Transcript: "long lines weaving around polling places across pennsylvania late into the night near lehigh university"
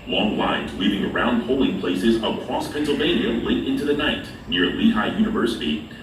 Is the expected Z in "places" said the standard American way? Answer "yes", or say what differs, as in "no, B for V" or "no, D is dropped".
yes